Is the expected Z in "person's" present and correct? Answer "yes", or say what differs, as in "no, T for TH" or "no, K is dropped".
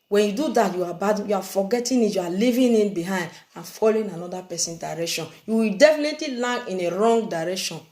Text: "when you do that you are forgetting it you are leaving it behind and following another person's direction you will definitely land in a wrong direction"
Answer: no, Z is dropped